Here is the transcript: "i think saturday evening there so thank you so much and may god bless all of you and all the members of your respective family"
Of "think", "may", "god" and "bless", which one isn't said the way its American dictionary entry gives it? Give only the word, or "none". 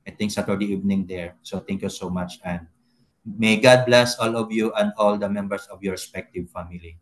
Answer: think